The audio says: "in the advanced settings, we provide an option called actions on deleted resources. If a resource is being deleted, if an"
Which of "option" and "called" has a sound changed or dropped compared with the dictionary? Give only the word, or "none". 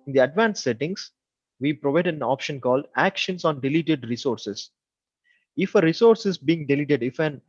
none